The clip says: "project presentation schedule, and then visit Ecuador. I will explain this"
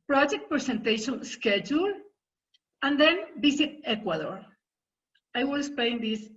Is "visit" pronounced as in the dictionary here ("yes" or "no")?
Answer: no